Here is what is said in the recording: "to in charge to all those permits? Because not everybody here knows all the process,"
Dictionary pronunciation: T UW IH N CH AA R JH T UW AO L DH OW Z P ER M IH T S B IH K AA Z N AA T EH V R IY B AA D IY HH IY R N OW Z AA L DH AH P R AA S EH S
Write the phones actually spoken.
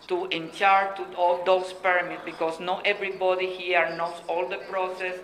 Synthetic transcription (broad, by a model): T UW IH N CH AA R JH T UW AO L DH OW S P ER M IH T B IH K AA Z N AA T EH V R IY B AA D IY HH IY R N OW S AA L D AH P R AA S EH S